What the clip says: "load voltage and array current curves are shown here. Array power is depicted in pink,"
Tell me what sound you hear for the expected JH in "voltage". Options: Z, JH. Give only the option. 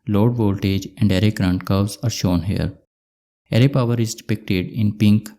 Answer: JH